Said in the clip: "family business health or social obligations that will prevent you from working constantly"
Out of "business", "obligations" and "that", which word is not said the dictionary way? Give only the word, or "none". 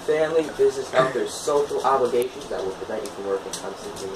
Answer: none